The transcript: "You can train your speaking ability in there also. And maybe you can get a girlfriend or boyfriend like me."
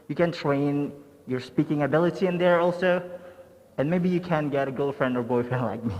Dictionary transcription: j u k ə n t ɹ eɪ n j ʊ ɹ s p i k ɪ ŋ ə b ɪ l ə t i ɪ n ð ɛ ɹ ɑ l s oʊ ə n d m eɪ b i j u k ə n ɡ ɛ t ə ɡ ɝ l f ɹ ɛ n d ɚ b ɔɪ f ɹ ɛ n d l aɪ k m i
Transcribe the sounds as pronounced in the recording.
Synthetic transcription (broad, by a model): j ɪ k ə n t ɹ eɪ n j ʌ ɹ s p i k ɪ ŋ ə b ɪ l ə t i ɪ n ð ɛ ɹ ɑ l s oʊ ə n m eɪ b i j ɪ k ə n ɡ ɛ t ə ɡ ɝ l f ɹ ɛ n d ɚ b ɔɪ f ɛ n l aɪ k m i